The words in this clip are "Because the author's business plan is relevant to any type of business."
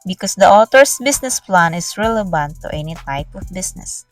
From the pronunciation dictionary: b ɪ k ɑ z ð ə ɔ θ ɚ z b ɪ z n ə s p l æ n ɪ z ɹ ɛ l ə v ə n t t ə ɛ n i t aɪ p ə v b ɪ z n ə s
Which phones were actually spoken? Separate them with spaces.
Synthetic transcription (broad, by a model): b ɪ k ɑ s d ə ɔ t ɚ s b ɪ s n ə s p l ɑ n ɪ s ɹ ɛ l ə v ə n t t ɛ n i t aɪ p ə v b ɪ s n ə s